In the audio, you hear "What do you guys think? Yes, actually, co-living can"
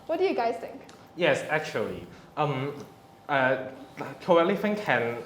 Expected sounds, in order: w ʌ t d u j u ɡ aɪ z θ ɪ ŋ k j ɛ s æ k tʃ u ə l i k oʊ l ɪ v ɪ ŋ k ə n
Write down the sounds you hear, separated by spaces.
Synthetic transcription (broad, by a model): w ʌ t d u j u ɡ aɪ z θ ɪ ŋ k j ɛ s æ k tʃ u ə l i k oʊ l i f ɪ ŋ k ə n